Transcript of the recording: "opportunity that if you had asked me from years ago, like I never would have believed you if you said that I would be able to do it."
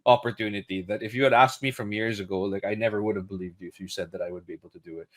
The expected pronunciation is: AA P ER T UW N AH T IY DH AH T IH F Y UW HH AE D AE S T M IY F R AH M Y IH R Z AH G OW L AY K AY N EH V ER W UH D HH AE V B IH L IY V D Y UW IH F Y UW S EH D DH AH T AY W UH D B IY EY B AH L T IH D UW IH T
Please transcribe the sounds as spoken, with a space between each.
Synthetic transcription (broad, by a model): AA P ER T UW N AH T IY DH AH T IH F Y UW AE D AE S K M IY F R AH M Y IH R Z AH G OW L AY K AY N EH V ER W UH D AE V B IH L IY V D Y UW IH F Y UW S EH D DH AH T AY W UH D B IY EY B L T IH D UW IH T